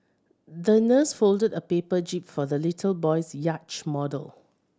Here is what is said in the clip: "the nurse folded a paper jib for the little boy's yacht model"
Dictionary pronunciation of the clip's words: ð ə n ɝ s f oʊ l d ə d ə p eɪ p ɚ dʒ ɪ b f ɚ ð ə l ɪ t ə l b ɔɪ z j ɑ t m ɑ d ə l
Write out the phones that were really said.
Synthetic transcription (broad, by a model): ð ə n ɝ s f oʊ l d ə d ə p eɪ p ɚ dʒ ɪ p f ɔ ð ə l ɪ t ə l b ɔɪ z j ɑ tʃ m ɑ d ə l